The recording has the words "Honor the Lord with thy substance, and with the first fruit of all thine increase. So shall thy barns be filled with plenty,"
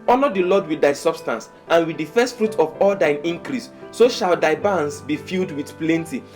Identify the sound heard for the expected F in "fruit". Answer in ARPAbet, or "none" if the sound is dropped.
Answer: F